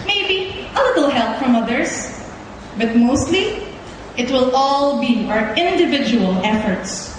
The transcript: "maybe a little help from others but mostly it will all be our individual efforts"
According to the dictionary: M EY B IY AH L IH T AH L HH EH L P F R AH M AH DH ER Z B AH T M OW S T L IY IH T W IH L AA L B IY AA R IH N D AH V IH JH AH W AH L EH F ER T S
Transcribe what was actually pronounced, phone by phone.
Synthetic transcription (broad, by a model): M EY B IY AH L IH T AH L HH EH L P F R AH M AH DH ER S B AH T M OW S T L IY IH T W IH L AA L B IY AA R IH N D AH V IH JH AH W AH L EH F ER T S